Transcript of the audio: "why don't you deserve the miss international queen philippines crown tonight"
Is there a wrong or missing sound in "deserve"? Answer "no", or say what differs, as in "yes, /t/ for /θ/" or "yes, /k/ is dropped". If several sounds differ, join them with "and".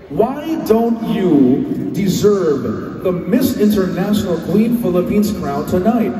no